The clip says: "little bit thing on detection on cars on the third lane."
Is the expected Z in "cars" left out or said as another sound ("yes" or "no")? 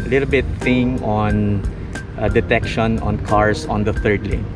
yes